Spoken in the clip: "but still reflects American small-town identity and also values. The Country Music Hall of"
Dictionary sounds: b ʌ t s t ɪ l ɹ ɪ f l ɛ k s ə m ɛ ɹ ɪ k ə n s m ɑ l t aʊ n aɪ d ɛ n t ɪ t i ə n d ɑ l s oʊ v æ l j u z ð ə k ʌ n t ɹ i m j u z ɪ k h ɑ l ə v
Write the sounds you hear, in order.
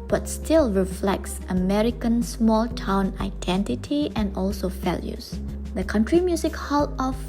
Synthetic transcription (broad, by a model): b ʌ t s t ɪ l ɹ ɪ f l ɛ k s ə m ɛ ɹ ɪ k ə n s m ɑ l t aʊ n aɪ d ɛ n t ɪ t i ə n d ɑ l s oʊ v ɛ l j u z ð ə k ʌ n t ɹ i m j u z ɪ k h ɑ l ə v